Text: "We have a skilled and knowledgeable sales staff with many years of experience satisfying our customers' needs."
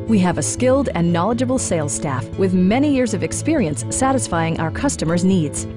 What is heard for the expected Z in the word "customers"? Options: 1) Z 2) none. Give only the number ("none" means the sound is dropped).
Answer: 1